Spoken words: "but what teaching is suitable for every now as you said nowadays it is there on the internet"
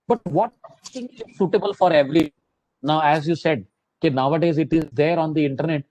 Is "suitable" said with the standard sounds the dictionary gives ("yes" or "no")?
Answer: yes